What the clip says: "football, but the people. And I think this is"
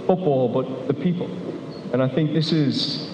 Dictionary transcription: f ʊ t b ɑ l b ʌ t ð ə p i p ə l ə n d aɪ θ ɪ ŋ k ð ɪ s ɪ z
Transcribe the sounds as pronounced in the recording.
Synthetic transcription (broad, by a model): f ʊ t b ɑ l b ʌ t ð ə p i p ə l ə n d aɪ θ ɪ ŋ k ð ɪ s ɪ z